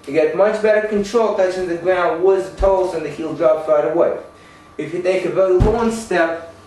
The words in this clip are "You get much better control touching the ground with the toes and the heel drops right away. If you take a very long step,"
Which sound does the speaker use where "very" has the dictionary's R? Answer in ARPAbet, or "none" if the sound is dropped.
none